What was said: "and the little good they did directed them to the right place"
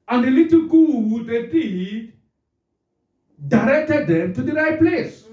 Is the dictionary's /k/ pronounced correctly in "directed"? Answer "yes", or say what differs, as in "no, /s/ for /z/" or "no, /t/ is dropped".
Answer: yes